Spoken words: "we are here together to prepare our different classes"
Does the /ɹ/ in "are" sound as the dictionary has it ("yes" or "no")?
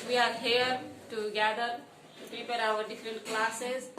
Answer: yes